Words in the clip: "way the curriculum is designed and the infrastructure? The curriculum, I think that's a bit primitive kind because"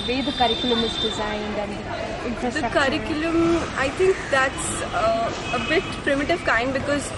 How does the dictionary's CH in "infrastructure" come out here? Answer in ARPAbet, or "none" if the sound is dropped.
none